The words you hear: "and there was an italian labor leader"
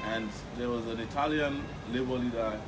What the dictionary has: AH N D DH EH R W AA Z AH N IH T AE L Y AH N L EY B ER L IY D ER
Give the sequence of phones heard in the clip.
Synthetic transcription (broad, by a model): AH N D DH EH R W AA Z AH N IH T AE L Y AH N L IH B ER L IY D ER